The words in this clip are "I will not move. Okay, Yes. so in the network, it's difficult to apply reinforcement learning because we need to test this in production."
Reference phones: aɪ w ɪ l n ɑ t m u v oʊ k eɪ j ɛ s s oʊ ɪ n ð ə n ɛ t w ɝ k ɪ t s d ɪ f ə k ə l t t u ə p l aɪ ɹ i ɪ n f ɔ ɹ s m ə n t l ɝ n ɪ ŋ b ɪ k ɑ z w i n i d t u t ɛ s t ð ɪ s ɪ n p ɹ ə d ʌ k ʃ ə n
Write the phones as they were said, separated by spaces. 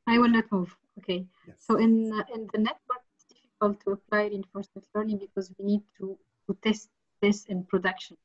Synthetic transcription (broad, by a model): aɪ w ɪ l n ɑ t m u v oʊ k eɪ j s s oʊ ɪ n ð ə n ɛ s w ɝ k ɪ t s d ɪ f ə k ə l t t u ə p l aɪ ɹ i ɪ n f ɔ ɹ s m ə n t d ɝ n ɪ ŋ b ɪ k ɑ z w i n i d t u t ɛ s t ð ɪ s ɪ n p ɹ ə d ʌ k ʃ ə n